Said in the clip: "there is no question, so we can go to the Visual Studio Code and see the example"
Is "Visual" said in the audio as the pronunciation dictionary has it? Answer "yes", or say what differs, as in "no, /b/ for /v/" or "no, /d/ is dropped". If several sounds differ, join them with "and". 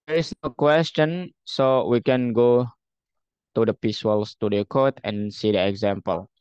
no, /p/ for /v/